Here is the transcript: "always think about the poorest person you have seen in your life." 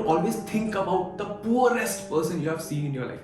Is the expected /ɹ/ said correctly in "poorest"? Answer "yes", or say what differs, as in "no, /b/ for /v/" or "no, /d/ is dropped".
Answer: yes